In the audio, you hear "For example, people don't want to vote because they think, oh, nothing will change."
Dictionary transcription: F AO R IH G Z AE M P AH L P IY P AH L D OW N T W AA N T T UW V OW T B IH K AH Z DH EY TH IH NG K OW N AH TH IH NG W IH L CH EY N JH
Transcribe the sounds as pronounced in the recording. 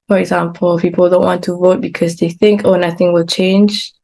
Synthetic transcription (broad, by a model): F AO R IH G Z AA M P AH L P IY P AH L D OW N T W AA N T T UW V OW T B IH K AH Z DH EY TH IH NG K OW N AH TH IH NG W IH L CH EY N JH